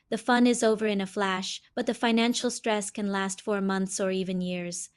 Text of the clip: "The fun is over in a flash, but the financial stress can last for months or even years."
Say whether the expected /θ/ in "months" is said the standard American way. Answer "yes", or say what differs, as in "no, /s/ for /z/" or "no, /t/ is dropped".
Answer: yes